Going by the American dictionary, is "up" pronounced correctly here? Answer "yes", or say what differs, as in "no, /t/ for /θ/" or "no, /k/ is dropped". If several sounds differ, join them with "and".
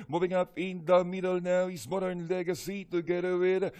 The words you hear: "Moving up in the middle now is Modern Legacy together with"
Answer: yes